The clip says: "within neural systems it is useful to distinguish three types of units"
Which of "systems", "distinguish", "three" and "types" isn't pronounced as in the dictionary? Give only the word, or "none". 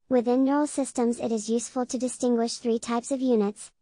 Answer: none